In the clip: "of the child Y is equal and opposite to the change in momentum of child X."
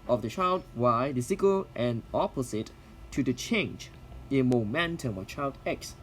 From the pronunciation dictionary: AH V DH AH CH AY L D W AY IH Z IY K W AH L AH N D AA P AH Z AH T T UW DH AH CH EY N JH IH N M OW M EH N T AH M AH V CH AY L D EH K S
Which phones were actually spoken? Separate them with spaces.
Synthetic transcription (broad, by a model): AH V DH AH CH AY L D W AY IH S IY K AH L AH N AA P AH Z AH T T UW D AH CH EY N JH IH N M OW M EH N T AH M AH CH AY L D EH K S